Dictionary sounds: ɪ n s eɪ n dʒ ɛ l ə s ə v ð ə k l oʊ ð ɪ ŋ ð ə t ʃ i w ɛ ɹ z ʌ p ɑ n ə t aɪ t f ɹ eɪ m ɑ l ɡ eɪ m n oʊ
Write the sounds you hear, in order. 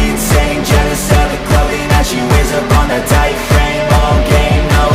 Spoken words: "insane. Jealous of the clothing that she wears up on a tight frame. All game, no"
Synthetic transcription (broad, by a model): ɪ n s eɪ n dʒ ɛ n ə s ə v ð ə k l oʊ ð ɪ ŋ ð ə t ʃ i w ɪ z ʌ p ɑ n ə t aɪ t f ɹ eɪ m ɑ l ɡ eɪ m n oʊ